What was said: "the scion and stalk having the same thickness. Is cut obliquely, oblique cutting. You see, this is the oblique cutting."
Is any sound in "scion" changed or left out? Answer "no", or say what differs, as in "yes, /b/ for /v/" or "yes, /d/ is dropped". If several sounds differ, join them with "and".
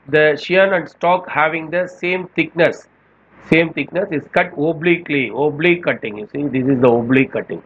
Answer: yes, /ʃ/ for /s/